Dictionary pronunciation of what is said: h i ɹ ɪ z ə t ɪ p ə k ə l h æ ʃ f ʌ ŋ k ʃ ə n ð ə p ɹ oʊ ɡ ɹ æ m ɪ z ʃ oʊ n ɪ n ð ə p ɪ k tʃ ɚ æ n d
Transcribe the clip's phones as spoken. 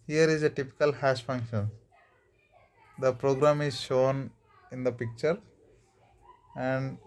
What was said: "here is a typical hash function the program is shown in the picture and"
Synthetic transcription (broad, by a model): h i ɹ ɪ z ə t ɪ p ə k ə l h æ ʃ f ʌ ŋ k ʃ ə n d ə p ɹ oʊ ɡ ɹ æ m ɪ z ʃ oʊ n ɪ n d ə p ɪ k tʃ ɚ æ n d